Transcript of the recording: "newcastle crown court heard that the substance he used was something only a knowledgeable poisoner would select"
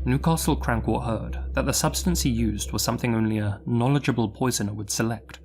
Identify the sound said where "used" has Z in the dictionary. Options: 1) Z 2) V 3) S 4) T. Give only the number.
1